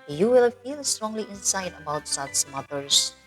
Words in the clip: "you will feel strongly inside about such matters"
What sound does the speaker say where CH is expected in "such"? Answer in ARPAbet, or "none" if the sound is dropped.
S